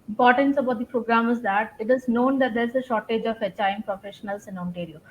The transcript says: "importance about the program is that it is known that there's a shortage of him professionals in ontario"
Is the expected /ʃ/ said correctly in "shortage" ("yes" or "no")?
yes